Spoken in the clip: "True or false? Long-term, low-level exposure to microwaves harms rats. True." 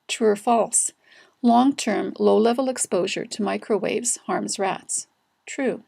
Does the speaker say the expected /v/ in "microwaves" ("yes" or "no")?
yes